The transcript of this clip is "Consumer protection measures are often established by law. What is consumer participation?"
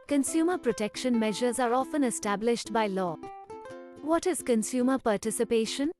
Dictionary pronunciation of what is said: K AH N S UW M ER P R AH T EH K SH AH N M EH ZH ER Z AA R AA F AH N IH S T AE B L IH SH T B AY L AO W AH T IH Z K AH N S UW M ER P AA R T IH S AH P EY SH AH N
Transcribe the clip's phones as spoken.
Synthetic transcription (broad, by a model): K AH N S UW M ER P R AH T EH K SH AH N M EH ZH ER Z AA R AA F AH N IH S T AE B L IH SH T B AY L AO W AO T IH Z K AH N S UW M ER P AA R T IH S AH P EY SH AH N